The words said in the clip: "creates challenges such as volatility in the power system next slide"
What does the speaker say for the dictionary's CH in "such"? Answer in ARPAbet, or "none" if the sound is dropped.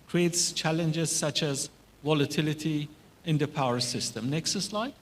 CH